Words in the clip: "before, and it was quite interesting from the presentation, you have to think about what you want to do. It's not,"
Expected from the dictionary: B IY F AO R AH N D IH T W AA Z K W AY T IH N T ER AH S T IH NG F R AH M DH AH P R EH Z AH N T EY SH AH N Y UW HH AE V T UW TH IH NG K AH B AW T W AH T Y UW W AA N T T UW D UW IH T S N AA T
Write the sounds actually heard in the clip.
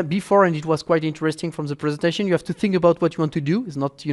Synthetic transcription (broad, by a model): B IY F AO R AH N D IH T W AA Z K W AY T IH N T ER AH S T IH NG F R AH M DH AH P R EH Z AH N T EY SH AH N Y UW HH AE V T UW TH IH NG K AH B AW T W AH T Y UW W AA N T T UW D UW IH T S N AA T